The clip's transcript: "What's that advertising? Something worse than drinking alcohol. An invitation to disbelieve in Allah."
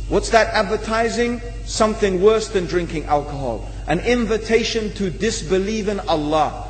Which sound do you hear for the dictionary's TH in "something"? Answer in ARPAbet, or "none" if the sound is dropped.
TH